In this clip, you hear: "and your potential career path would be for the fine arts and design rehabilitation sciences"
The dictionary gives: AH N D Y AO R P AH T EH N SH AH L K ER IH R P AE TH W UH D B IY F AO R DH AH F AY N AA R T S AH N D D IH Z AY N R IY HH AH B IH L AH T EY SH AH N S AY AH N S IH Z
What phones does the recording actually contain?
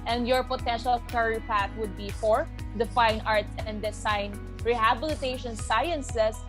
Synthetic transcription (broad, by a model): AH N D Y AO R P AH T EH N SH AH L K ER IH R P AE T W UH D B IY F AO R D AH F AY N AA R T S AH N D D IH S AY N R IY HH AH B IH L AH T EY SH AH N S AY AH N S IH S